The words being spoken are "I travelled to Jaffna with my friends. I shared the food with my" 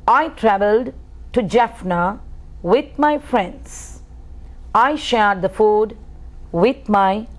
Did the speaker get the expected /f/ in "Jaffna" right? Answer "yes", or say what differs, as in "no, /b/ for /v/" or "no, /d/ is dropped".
yes